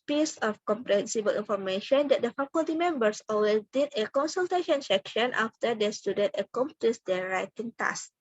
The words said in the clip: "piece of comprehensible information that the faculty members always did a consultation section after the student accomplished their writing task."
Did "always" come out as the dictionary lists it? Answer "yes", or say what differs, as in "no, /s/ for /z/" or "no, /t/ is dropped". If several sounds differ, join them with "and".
no, /z/ is dropped